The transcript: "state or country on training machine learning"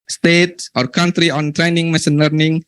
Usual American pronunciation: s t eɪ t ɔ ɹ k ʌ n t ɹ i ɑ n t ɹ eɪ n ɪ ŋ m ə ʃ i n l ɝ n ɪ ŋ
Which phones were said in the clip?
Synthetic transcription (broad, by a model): s t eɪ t ɔ ɹ k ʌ n t ɹ i ɑ n t ɹ eɪ n ɪ ŋ m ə s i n l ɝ n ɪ ŋ